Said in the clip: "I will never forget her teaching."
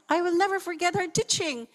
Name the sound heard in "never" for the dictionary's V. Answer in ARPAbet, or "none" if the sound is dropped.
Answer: V